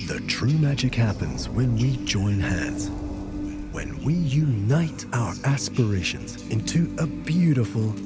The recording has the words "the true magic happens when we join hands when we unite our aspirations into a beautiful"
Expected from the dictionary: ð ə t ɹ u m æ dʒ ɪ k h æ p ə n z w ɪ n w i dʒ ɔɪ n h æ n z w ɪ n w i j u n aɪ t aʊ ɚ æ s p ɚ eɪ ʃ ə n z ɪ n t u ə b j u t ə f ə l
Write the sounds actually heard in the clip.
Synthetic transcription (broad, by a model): ð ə t ɹ u m æ dʒ ɪ k h æ p ə n z w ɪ n w i dʒ ɔɪ n h æ n z w ɪ n w i j u n aɪ t aʊ ɚ æ s p ɚ eɪ ʃ ə n z ɪ n t u ə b j u t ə f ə l